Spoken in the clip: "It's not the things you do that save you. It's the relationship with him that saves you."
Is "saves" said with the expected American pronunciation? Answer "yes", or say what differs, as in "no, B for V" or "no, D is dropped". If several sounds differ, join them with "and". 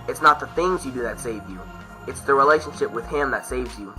yes